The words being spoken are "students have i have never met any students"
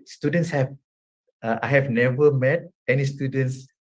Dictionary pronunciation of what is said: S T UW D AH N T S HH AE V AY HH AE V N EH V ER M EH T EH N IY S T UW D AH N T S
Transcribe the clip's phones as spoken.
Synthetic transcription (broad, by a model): S T UW D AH N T S HH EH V AY HH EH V N EH V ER M EH T EH N IY S T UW D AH N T S